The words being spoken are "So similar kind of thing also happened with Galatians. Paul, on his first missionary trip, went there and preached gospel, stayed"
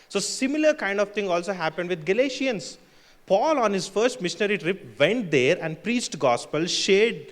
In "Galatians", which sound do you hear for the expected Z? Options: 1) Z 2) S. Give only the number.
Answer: 2